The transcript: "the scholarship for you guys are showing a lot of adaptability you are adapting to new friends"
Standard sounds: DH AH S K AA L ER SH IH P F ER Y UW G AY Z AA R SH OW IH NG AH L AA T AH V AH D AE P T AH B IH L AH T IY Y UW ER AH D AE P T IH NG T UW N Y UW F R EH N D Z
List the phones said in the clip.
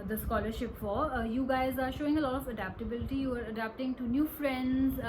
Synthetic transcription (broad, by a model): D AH S K AA L ER SH IH P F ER Y UW G AY Z AA R SH OW IH NG AH L AA T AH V AH D AE P T AH B IH L AH T IY Y UW ER AH D AE P T IH NG T UW N Y UW F R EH N D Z